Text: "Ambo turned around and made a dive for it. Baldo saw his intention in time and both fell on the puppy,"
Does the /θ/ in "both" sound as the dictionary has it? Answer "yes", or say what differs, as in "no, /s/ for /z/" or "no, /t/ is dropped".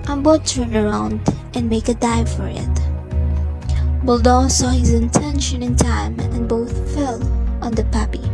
yes